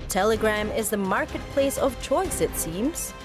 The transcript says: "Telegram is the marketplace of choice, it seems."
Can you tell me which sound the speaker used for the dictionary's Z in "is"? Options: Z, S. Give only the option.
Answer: Z